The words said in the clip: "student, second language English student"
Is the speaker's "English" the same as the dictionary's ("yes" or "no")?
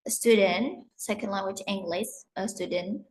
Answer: no